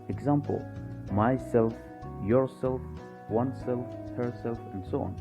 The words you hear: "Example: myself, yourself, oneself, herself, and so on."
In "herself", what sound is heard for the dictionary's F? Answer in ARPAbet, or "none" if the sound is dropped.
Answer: F